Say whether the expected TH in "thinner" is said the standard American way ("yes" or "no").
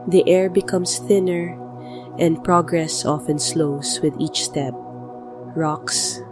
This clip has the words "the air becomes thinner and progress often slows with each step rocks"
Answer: yes